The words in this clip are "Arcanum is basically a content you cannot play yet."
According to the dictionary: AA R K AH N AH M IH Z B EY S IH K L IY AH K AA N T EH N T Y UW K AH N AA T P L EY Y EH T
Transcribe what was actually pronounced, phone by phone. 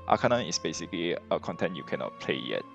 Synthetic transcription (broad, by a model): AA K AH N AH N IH S B EY S IH K L IY AH K AA N T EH N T Y UW K AH N AA T P L EY Y EH T